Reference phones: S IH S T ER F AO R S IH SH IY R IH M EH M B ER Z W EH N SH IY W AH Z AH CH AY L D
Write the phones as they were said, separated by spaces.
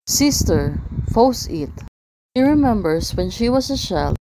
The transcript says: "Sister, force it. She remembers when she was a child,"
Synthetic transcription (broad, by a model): S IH S T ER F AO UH S IH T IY R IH M EH M B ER S W EH N SH IY W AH S AH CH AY L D